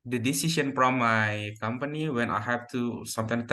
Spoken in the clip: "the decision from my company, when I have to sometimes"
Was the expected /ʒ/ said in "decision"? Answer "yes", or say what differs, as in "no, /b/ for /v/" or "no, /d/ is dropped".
no, /s/ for /ʒ/